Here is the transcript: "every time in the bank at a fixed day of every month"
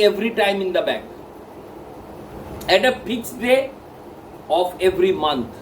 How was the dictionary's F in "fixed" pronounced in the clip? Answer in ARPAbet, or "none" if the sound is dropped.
P